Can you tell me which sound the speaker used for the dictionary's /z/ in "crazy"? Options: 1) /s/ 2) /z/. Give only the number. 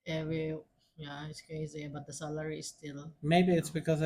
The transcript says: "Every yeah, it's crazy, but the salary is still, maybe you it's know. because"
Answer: 2